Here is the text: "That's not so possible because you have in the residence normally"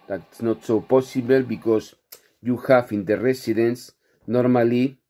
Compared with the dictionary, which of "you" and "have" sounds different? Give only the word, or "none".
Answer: have